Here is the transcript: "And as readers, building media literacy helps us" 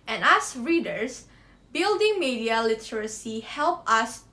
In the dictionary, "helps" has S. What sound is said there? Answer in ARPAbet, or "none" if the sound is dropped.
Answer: none